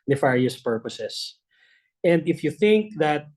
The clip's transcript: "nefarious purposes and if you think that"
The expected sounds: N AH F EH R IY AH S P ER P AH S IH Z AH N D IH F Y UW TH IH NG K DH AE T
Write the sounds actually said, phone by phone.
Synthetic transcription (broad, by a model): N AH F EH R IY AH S P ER P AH S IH S AH N D IH F Y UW TH IH NG K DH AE T